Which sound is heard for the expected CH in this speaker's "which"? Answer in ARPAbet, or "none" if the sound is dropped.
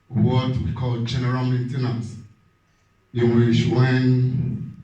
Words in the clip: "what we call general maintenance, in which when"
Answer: SH